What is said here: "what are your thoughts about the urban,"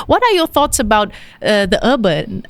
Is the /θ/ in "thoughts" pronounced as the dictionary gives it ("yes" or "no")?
yes